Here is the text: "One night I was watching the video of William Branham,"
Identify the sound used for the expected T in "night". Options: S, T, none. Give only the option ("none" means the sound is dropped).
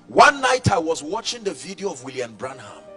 T